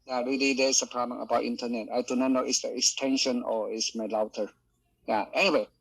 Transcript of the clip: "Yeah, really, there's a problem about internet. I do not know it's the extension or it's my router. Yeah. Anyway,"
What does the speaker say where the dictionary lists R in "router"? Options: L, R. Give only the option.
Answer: L